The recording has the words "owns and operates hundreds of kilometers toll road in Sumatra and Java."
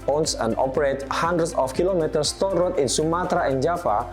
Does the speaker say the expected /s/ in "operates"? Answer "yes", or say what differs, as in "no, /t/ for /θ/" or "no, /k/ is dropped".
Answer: no, /s/ is dropped